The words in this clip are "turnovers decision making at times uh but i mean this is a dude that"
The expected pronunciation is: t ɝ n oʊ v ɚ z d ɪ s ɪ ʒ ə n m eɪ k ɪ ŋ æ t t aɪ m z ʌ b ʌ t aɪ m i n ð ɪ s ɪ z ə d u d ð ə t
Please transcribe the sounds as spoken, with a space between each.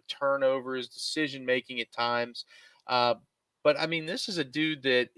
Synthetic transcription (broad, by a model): t ɝ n oʊ v ɚ z d ɪ s ɪ ʒ ə n m eɪ k ɪ ŋ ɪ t t aɪ m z ʌ b ʌ t aɪ m i n ð ɪ s ɪ z ə d u d ð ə t